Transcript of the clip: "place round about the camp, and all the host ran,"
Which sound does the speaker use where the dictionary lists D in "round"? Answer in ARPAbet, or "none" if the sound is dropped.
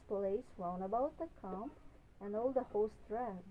none